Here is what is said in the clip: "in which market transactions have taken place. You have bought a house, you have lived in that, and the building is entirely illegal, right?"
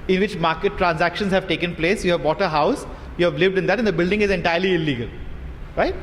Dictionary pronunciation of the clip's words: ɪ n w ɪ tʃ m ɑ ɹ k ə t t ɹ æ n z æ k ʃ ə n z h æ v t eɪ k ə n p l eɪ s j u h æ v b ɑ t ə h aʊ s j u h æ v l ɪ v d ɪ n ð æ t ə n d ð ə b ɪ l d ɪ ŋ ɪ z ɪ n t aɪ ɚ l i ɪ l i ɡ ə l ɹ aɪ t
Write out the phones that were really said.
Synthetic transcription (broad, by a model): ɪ n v ɪ tʃ m ɑ ɹ k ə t t ɹ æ n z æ k ʃ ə n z h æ v t eɪ k ə n p l eɪ s j u h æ v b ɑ t ə h aʊ s j u h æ v l ɪ v d ɪ n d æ t ə n d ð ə b ɪ l d ɪ ŋ ɪ z ɪ n t aɪ ɚ l i ɪ l i ɡ ə l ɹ aɪ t